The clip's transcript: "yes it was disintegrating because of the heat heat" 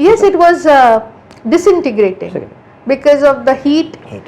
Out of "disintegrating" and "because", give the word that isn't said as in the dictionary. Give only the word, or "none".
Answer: none